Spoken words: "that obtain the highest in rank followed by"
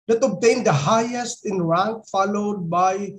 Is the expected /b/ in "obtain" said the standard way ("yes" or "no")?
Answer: yes